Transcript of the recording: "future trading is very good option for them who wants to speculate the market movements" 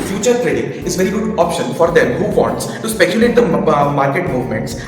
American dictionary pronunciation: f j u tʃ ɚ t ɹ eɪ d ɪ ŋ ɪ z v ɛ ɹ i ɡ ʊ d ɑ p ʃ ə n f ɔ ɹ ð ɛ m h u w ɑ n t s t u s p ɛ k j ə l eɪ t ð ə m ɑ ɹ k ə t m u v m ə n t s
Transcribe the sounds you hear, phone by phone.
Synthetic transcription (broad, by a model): f j u tʃ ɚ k ɹ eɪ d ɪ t ɪ z v ɛ ɹ i ɡ ʊ d ɑ p ʃ ə n f ɔ ɹ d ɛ m h u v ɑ n t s t u s p ɛ k j ə l eɪ t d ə m ɑ ɹ k ə t m u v m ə n t s